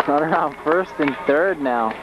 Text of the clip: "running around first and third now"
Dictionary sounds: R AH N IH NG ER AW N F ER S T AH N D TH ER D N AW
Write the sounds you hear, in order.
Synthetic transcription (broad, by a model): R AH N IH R AW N F ER S T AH N TH ER D N AW